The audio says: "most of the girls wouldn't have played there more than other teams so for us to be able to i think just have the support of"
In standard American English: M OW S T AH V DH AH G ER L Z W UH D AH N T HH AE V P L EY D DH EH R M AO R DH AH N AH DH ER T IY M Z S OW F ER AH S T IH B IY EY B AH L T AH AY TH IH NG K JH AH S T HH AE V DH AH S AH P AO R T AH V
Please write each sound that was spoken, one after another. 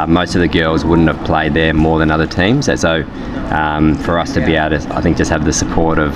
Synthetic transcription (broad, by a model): M OW S T AH V DH AH G ER L Z W UH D N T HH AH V P L EY D DH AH R M AO R DH AH N AH DH ER T IY M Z S OW F ER AH S T IH B IY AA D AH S T AH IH TH IH NG K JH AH S T HH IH V DH AH S AH P AO R T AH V